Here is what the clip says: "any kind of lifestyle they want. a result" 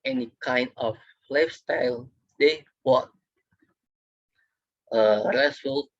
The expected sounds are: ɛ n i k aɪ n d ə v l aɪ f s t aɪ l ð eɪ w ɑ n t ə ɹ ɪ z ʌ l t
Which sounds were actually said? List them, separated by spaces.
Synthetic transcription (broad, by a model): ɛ n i k aɪ n d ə f l aɪ f s t aɪ l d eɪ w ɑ t ə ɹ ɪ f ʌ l